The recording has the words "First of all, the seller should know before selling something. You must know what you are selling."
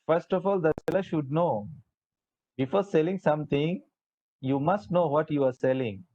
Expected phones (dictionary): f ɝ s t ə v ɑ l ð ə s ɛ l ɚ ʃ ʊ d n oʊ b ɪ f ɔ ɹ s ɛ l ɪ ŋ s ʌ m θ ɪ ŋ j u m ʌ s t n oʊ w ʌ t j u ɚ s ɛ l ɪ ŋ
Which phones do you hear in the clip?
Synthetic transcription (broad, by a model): f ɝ s t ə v ɑ l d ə s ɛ l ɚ ʃ ʊ d n oʊ b ɪ f ɔ ɹ s ɛ l ɪ ŋ s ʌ m t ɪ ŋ j u m ʌ s t n oʊ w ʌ t j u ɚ s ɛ l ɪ ŋ